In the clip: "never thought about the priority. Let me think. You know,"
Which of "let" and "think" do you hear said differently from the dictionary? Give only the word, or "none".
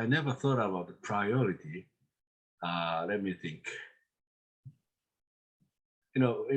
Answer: none